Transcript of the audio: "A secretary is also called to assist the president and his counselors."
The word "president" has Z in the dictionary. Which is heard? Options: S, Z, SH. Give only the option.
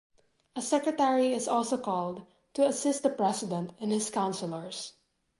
S